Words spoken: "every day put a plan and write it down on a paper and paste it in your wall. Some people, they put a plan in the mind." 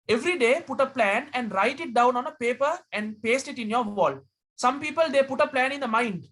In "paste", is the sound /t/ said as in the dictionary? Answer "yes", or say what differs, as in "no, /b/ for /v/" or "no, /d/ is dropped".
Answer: yes